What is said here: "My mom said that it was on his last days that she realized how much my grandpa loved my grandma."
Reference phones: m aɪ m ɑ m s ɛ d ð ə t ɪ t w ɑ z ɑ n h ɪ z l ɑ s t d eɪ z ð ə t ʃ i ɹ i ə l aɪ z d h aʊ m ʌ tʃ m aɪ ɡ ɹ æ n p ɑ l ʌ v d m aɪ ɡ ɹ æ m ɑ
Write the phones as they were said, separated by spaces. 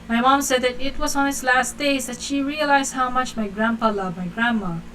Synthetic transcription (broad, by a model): m aɪ m ɑ m s ɛ d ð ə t ɪ t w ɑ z ɑ n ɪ s l ɑ s t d eɪ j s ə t ʃ i ɹ i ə l aɪ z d h aʊ m ʌ tʃ m aɪ ɡ ɹ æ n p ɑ l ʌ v m aɪ ɡ ɹ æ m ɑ